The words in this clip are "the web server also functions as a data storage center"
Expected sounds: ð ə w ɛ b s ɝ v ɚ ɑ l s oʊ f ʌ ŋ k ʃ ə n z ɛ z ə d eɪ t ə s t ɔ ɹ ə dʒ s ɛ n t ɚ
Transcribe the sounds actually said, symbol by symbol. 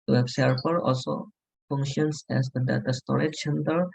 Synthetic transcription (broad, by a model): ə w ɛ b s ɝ p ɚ ɑ l s oʊ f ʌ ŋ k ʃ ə n s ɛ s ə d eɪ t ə s t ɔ ɹ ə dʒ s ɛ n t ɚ